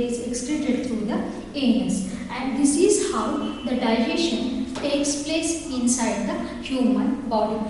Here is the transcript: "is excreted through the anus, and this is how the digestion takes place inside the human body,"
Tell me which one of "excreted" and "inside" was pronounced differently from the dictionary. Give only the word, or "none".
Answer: excreted